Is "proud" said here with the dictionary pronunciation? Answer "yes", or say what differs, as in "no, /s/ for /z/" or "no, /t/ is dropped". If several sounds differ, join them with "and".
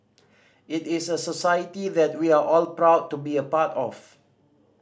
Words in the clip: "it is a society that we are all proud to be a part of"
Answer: yes